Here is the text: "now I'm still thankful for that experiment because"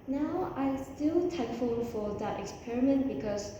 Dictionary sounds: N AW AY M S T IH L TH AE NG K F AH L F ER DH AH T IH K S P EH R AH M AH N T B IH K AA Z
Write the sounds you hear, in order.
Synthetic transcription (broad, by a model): N AW AY S T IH L T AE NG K F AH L F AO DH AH T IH K S P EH R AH M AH N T B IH K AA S